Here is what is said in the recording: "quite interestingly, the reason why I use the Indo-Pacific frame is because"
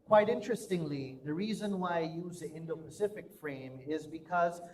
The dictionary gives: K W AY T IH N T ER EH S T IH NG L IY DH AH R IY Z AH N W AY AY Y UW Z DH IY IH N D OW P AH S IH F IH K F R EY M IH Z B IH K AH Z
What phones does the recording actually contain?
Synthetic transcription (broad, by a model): K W AY T IH N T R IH S T IH NG L IY DH AH R IY Z AH N W AY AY Y UW Z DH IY IH N D OW P AH S IH F IH K F R EY M IH Z B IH K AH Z